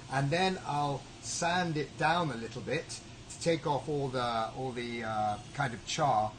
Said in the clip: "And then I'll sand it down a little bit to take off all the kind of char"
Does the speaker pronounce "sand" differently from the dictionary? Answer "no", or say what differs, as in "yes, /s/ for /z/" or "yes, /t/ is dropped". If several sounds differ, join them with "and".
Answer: no